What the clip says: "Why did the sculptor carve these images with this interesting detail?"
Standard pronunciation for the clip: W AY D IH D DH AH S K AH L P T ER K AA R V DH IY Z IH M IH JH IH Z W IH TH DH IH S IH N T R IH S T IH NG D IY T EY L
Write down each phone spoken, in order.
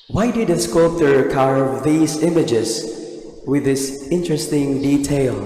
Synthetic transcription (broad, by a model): W AY D IH D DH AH S K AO P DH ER K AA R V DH IY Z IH M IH JH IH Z W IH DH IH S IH N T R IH S T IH NG D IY T EY L